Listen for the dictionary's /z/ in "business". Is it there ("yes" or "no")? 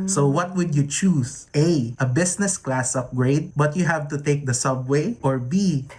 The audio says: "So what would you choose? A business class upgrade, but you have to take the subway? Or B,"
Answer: no